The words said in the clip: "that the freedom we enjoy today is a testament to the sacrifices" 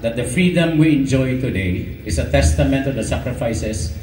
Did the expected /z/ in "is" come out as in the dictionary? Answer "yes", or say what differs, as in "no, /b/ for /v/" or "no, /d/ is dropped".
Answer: no, /s/ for /z/